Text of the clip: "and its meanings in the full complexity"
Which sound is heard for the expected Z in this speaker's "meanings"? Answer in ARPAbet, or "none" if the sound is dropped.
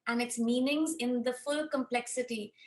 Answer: Z